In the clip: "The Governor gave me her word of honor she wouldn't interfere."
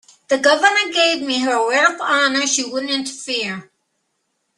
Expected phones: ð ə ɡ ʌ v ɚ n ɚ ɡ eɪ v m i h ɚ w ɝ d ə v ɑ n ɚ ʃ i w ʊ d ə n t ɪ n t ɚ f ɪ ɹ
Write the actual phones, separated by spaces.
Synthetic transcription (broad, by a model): ð ə ɡ ʌ v ɚ n ɚ ɡ eɪ v m i h ɚ w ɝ ə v ɑ n ɚ ʃ i w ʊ d n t ɪ n t ɚ f ɪ ɹ